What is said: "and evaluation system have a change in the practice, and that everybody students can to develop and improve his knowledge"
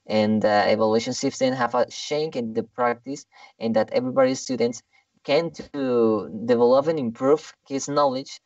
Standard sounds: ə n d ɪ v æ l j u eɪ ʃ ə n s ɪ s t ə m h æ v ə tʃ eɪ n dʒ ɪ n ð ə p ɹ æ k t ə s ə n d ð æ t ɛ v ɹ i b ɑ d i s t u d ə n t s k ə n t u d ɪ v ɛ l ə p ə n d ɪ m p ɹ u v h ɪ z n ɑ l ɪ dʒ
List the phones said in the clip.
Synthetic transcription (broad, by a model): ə n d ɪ v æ l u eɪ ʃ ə n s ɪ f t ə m h æ v ə ʃ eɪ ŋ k ɪ n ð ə p ɹ æ k t ə s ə n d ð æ t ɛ v ɹ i b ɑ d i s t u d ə n t s k ə n t u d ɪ v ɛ l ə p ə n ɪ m p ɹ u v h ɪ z n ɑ l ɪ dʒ